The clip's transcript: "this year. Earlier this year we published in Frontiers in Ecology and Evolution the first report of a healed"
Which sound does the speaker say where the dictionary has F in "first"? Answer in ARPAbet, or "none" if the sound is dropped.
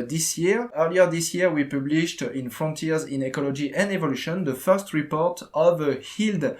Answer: F